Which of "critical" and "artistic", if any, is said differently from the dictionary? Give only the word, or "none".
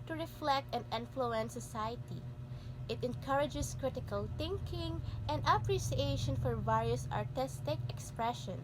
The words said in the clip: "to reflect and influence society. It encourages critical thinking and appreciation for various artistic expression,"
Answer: none